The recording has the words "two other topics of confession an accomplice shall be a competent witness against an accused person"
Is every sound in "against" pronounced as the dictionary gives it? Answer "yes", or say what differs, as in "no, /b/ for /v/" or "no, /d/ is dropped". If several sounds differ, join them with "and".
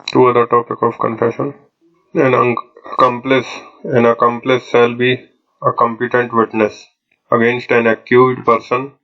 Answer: yes